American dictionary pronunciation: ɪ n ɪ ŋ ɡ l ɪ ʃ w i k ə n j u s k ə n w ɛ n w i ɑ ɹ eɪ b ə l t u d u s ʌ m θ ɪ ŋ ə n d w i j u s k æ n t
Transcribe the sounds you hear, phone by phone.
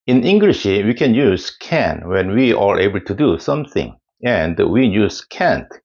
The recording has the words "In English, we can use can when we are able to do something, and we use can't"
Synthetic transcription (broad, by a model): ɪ n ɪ ŋ ɡ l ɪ ʃ w i k ə n j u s k ə n w ɛ n w i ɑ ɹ eɪ b ə l t u d u s ʌ m θ ɪ ŋ ə n d w i j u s k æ n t